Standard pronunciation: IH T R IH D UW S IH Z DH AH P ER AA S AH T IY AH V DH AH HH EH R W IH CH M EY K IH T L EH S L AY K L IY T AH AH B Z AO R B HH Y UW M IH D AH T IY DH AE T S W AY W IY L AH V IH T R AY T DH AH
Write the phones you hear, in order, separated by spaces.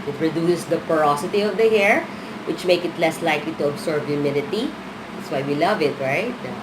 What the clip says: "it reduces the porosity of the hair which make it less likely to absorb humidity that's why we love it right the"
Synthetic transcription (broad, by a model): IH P R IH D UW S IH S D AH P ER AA S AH T IY AH V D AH HH EH R W IH CH M EY K IH T L EH S L AY K L IY T AH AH B S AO R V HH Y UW M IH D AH T IY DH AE T S W AY W IY L AH V IH T R AY T